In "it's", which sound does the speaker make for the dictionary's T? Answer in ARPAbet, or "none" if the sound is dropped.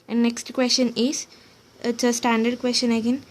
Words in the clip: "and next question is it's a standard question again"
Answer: S